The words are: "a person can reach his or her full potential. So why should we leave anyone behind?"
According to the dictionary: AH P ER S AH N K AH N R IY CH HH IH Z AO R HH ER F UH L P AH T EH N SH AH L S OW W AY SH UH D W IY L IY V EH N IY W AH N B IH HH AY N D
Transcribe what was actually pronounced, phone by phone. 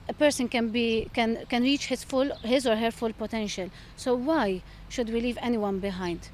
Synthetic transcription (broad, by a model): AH P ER S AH N K AH N R IY CH HH IH Z AO R HH ER F UH L P AH T EH N SH AH L S OW W AY SH UH D W IY L IY V EH N IY W AH N B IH HH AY N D